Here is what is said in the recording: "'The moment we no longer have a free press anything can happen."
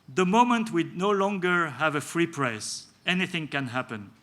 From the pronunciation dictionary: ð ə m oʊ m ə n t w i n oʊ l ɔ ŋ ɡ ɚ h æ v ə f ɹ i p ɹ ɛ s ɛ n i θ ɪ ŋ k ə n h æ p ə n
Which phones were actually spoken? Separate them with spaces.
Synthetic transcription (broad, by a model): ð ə m oʊ m ə n t w i n oʊ l ɔ ŋ ɡ ɚ h æ v ə f ɹ i p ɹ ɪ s ɛ n i θ ɪ ŋ k ə n h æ p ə n